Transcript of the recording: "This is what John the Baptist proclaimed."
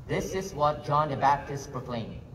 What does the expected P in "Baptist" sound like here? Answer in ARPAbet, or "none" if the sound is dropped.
P